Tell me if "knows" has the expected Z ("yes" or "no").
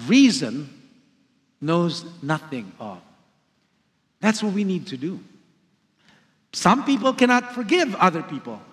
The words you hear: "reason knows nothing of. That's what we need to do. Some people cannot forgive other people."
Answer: yes